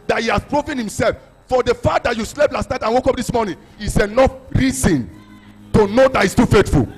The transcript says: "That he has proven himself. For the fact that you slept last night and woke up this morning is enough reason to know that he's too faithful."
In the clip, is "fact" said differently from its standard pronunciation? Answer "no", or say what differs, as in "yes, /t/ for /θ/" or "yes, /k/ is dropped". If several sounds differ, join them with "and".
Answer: yes, /k/ is dropped